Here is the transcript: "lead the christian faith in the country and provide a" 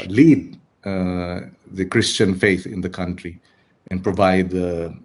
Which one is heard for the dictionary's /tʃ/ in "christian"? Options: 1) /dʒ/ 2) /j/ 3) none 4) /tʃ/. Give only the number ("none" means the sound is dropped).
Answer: 4